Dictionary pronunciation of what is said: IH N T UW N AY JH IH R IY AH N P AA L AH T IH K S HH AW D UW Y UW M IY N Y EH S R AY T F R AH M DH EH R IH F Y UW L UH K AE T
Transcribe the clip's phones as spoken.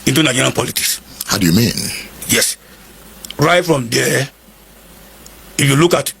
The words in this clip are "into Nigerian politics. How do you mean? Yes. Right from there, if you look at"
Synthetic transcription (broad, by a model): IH N T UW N AY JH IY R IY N P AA L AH T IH K S HH AW D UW Y UW M IY N Y EH S R AY T F R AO M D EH IH F Y UW L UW K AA T